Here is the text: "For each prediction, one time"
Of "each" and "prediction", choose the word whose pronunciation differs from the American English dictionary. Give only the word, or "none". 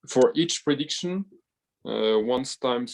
none